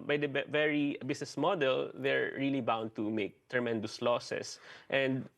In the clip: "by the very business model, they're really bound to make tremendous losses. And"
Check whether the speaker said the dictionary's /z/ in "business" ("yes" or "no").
no